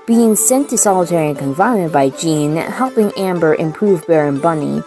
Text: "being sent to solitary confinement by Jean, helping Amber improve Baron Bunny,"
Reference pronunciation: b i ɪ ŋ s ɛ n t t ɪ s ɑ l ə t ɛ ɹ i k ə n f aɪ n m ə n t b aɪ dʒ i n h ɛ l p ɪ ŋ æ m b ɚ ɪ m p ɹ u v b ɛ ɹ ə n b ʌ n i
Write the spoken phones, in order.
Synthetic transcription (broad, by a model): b i ɪ ŋ s ɛ n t t ɪ s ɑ l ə t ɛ ɹ i k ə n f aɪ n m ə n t b aɪ dʒ i n h ɛ l p ɪ ŋ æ m b ɚ ɪ m p ɹ u v b ɛ ɹ ə n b ʌ n i